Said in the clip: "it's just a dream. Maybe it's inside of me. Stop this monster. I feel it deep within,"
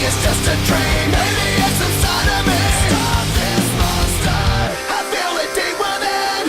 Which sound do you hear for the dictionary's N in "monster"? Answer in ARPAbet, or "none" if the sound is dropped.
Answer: none